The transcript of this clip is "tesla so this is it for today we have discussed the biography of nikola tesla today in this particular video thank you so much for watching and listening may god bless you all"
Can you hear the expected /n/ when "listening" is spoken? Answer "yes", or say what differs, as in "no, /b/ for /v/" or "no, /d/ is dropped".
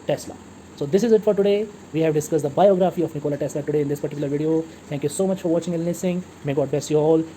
no, /n/ is dropped